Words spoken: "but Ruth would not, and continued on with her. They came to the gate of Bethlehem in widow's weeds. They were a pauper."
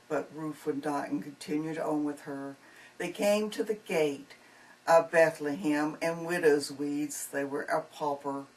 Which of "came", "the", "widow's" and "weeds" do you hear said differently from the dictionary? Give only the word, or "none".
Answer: none